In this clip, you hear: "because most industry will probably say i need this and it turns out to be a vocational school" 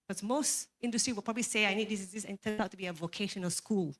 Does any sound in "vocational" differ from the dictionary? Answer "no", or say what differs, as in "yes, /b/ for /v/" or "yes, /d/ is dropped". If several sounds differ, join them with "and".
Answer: no